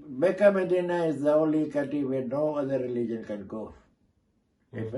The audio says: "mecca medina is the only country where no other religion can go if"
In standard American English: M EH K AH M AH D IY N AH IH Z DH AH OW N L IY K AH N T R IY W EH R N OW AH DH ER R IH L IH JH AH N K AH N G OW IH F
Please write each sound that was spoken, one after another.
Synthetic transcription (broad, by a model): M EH K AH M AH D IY N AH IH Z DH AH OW L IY K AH T IY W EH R N OW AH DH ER R IH L IH JH AH N K AH N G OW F